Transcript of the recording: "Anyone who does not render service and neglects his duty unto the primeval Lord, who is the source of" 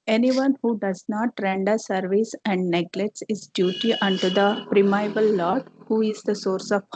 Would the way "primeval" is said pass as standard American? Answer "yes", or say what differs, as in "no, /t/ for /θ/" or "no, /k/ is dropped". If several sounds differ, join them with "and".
no, /b/ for /v/